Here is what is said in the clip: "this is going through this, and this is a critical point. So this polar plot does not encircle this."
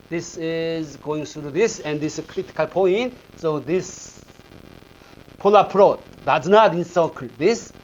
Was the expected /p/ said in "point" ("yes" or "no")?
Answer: yes